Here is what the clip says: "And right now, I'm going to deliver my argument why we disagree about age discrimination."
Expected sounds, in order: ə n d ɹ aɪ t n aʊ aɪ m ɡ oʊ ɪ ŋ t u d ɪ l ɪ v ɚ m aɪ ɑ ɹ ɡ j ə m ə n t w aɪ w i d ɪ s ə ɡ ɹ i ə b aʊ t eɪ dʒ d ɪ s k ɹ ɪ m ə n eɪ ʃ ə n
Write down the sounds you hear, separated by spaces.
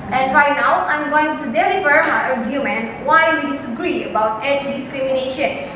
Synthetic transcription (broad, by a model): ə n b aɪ n aʊ aɪ m ɡ oʊ ɪ ŋ t u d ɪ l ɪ f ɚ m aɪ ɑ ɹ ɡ j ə m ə n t w aɪ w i d ɪ s ə ɡ ɹ i ə b aʊ t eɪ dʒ d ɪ s k ɹ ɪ m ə n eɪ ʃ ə n